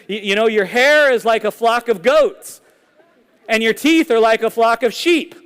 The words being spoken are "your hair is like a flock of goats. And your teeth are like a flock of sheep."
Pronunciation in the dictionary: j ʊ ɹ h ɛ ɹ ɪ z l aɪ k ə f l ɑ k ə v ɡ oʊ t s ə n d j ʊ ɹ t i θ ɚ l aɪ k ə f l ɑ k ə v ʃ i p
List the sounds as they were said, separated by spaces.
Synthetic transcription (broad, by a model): j ʊ ɹ h ɛ ɹ ɪ z l aɪ k ə f l ɑ k ə v ɡ oʊ t s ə n j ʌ ɹ t i θ ɚ l aɪ k ə f l ɑ k ə v ʃ i p